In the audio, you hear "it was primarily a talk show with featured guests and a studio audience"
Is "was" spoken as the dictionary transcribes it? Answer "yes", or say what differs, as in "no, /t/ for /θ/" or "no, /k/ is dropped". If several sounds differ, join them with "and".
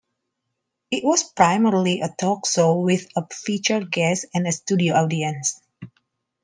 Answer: no, /s/ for /z/